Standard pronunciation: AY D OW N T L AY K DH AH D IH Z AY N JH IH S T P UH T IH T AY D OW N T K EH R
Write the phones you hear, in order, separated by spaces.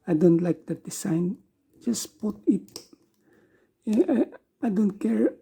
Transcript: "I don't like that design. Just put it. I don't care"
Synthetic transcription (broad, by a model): AY D OW N T L AY K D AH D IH S AY N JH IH S P UH T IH T AY D OW N T K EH R